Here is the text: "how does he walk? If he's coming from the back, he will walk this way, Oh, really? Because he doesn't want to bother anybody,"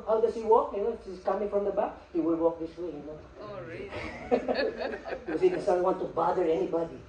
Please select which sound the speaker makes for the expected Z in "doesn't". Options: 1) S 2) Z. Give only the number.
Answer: 1